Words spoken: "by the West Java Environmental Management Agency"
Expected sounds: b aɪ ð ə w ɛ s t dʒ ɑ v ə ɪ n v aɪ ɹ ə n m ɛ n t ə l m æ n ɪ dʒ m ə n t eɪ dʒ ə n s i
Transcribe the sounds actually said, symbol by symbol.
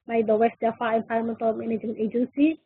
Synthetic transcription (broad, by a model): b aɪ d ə w ɛ s t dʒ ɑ f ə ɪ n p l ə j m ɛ n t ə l m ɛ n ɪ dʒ ə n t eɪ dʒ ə n s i